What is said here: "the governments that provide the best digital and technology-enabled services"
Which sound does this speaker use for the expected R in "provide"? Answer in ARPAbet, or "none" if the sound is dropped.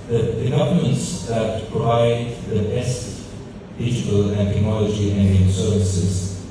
none